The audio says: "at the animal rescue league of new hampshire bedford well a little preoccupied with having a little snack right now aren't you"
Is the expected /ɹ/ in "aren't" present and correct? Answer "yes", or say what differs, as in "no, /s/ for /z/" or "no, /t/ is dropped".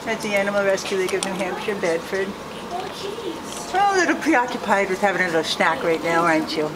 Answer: no, /ɹ/ is dropped